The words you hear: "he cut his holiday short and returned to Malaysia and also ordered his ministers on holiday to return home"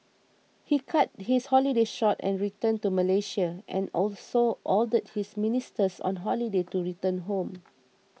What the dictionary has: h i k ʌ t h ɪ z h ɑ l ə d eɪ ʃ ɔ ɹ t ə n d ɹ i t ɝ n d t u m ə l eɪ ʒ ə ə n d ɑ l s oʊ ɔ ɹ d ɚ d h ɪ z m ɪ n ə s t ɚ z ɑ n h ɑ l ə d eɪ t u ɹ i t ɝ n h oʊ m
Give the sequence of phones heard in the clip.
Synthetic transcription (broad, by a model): h i k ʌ t h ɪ s h ɑ l ə d eɪ ʃ ɔ t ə n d ɹ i t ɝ n t u m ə l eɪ ʃ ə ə n ɑ l s oʊ ɔ l d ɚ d h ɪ s m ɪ n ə s t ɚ s ɑ n h ɑ l ə d eɪ t u ɹ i t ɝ n h oʊ m